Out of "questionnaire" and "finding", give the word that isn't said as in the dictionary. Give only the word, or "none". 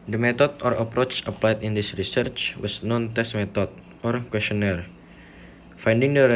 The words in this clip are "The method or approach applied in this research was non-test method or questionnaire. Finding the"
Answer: none